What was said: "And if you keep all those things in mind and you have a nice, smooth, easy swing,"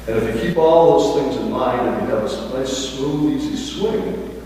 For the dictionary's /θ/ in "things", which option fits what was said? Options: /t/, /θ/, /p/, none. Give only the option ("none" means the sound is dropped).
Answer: /θ/